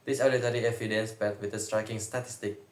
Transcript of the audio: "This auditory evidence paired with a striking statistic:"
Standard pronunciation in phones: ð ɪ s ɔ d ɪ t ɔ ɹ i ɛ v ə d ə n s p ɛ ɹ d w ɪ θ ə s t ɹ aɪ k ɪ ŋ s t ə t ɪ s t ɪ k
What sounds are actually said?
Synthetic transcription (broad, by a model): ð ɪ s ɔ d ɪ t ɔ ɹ i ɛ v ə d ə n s b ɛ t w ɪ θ ə s t ɹ aɪ k ɪ ŋ s t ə t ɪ s t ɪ k